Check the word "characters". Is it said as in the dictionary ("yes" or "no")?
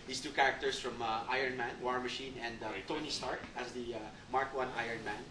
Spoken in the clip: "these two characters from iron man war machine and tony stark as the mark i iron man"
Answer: no